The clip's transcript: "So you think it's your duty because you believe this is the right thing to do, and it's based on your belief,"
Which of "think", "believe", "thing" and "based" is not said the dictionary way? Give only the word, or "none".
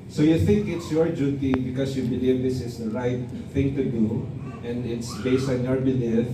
none